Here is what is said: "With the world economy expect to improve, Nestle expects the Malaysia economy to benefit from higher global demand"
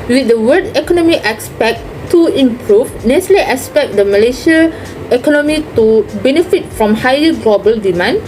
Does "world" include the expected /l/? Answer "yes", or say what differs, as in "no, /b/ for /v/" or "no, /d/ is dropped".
no, /l/ is dropped